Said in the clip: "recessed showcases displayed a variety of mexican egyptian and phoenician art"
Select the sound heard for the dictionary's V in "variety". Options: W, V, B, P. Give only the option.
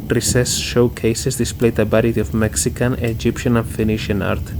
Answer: B